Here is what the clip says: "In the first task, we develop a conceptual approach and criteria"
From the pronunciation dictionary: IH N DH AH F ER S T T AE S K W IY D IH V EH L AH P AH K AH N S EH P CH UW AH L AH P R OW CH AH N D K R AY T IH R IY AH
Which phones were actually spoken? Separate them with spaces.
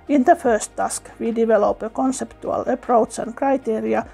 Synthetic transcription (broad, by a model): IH N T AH F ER S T T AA S K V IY D IH V EH L AH P AH K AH N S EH P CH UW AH L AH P R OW S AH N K R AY T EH R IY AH